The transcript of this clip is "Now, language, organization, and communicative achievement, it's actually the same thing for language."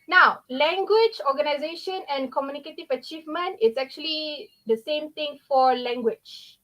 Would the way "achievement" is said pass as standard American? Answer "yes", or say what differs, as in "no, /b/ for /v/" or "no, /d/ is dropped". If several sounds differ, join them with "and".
yes